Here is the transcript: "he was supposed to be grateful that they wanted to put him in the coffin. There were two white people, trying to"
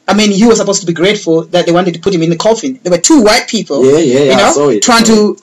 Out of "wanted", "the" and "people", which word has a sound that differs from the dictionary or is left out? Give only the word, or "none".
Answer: people